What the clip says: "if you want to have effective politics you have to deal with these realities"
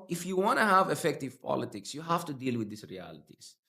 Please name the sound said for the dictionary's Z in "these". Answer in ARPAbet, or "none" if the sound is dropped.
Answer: S